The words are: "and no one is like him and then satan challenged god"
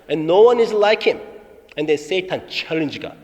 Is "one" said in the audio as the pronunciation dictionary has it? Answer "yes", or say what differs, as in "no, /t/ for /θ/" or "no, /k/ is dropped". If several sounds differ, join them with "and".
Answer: yes